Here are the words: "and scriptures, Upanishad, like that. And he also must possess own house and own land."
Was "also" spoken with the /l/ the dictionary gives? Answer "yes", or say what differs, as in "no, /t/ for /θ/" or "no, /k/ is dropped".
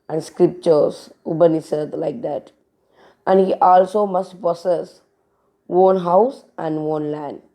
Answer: yes